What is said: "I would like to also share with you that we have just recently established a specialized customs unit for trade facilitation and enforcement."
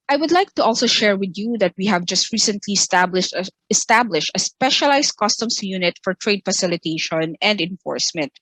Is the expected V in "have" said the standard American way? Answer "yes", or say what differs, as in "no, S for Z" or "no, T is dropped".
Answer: yes